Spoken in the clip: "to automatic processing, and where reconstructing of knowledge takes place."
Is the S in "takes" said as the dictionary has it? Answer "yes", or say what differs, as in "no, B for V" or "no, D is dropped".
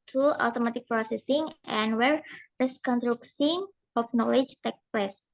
no, S is dropped